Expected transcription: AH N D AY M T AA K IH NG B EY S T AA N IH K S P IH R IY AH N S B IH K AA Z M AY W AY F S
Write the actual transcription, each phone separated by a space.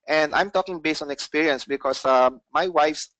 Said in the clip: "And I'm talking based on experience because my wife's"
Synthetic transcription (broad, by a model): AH N D AY M T AA K IH NG B EY S T AA N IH K S P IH R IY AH N S B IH K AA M M AY W AY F S